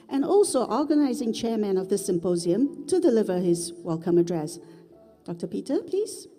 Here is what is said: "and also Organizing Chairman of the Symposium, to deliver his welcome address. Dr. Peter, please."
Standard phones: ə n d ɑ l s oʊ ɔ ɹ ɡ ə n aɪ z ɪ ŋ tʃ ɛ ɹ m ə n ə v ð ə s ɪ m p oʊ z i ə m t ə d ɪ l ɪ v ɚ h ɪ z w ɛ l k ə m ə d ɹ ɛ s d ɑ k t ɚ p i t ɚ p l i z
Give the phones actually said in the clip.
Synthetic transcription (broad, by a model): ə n ɑ l s oʊ ɔ ɹ ɡ ə n aɪ z ɪ ŋ tʃ ɛ ɹ m ə n ə v ð ə s ɪ m p oʊ z i ə m t ə d ɪ l ɪ v ɚ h ɪ z w ɛ l k ə m ə d ɹ ɛ s d ɑ k t ɚ p i t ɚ p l i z